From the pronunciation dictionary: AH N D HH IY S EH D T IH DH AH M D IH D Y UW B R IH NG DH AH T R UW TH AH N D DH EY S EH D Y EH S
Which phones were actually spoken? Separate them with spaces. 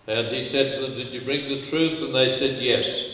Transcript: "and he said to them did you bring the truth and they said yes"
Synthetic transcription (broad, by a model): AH N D IY S EH D T IH DH AH M D IH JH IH B R IH NG DH AH T R UW TH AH N DH EY S EH D Y EH S